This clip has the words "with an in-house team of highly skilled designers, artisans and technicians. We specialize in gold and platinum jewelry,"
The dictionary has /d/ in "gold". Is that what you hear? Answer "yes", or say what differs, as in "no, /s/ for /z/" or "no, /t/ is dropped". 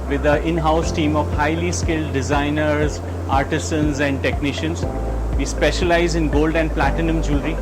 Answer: yes